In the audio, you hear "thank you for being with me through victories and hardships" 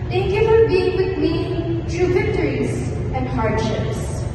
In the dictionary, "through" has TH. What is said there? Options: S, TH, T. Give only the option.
T